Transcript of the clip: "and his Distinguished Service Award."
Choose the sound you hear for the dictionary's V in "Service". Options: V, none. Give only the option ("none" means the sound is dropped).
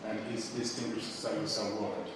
none